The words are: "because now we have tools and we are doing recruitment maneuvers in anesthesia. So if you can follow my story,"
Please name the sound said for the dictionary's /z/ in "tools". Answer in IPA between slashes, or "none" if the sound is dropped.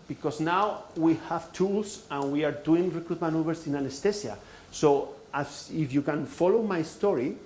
/s/